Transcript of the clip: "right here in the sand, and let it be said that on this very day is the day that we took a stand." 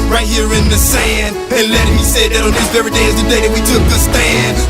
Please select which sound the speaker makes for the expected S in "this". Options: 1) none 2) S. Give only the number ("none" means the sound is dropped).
1